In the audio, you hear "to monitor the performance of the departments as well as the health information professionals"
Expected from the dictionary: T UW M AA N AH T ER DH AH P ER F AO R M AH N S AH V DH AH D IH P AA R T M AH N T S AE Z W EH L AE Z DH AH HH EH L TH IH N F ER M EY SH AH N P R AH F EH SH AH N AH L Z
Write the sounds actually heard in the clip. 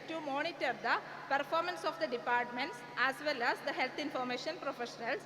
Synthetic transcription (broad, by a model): T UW M AA N AH T ER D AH P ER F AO R M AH N S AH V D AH D IH P AA R T M AH N T S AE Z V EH L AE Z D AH HH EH L T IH N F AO M EY SH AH N P R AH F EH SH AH N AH L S